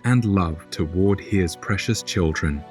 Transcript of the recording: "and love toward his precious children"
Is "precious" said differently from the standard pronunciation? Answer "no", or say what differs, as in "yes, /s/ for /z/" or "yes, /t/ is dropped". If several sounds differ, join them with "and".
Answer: no